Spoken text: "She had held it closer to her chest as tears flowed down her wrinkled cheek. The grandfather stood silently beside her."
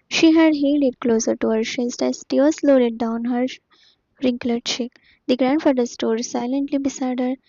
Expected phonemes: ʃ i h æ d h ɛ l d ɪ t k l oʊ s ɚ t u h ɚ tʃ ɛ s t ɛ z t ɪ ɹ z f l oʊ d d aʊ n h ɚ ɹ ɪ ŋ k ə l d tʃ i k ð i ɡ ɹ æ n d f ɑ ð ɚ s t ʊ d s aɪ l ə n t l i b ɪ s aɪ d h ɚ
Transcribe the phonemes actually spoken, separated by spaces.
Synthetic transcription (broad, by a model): ʃ i h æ d h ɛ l d ɪ t k l oʊ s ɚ t u h ɚ ʃ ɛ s t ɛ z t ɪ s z l oʊ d d aʊ n h ɚ ɹ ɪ ŋ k l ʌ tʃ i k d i ɡ ɹ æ n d f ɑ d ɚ s t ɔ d s aɪ l ə n t l i b ɪ s aɪ d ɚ